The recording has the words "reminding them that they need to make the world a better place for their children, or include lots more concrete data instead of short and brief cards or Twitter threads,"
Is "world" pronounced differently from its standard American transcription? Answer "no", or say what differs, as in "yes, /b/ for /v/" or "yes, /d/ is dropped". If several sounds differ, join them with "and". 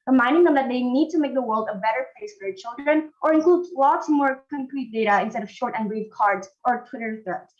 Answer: no